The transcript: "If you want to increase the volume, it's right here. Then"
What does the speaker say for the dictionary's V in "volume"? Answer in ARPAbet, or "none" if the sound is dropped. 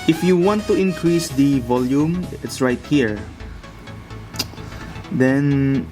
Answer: V